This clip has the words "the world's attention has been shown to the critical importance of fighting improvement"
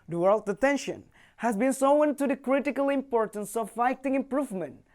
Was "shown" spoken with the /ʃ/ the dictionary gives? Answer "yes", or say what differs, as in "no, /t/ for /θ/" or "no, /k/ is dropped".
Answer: no, /s/ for /ʃ/